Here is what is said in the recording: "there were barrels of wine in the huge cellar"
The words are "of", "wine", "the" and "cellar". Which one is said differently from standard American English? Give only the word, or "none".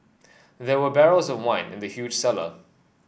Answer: none